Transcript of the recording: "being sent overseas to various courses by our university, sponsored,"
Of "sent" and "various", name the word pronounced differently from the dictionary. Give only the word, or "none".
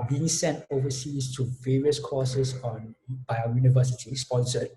none